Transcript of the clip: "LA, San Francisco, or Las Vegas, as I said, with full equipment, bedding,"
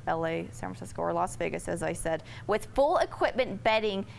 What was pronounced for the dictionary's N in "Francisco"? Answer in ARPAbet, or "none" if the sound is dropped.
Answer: none